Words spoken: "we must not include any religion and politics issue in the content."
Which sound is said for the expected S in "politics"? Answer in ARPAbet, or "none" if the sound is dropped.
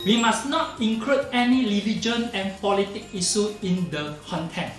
none